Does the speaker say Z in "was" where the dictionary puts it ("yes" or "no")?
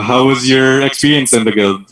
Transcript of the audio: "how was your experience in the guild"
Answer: yes